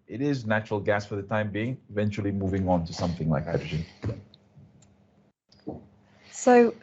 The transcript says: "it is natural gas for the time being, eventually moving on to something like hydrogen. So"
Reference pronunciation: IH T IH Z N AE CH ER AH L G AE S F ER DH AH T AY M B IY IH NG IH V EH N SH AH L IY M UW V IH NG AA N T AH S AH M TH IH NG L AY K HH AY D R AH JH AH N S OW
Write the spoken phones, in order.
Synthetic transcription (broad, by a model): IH T IH Z N AE CH ER AH L G AE S F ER DH AH T AY M B IY IH NG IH V EH N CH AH L IY M UW V IH NG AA N T AH S AH M TH IH NG L AY K HH AY D R AH JH AH N S OW